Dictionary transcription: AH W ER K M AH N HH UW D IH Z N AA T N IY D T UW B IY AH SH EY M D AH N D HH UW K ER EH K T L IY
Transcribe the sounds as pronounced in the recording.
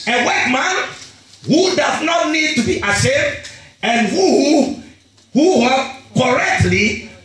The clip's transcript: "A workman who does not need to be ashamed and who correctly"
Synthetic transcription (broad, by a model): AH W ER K M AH N HH UW D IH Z N AA T N IY D T UW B IY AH S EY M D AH N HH HH UW K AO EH K T L IY